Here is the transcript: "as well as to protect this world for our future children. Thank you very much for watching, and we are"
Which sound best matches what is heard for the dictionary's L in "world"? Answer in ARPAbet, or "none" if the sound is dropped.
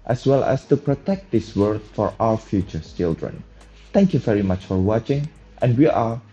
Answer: none